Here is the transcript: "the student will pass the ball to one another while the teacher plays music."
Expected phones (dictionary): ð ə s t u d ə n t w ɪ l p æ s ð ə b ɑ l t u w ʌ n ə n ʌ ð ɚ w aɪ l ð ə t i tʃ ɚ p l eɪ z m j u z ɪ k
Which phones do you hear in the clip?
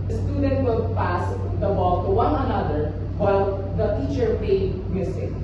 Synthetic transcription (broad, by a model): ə s t u d ə n t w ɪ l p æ s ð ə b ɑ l t u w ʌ n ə n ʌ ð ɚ w aɪ l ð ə t i tʃ ɚ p eɪ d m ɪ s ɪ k